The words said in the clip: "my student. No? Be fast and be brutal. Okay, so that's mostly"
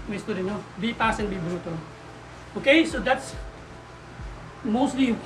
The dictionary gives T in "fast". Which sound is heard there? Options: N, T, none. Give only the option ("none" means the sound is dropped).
none